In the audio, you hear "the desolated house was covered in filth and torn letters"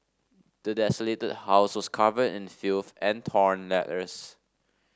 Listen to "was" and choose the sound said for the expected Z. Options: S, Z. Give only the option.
S